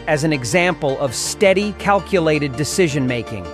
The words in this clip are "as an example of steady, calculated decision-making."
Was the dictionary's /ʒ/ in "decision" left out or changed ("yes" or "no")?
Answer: no